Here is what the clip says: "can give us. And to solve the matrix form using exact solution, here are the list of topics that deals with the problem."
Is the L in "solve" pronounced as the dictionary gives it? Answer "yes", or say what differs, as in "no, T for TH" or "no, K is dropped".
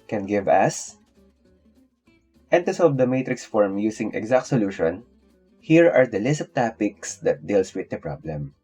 no, L is dropped